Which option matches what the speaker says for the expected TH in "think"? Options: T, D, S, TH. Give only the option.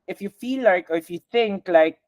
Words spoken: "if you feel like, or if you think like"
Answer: TH